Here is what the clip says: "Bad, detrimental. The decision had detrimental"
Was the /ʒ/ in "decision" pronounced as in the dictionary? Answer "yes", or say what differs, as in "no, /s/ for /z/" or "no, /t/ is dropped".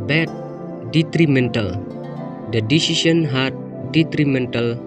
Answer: no, /s/ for /ʒ/